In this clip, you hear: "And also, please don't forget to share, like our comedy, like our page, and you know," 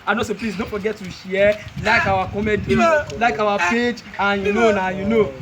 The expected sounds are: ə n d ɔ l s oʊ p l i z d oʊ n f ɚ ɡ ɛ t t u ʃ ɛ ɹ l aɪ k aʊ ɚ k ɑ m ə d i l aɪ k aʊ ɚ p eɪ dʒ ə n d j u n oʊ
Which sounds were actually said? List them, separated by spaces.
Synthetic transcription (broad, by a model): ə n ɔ s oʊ p l i s d oʊ n f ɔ ɡ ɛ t t u ʃ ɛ l aɪ k aʊ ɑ k ɑ m ə d i l aɪ k aʊ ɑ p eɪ dʒ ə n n j u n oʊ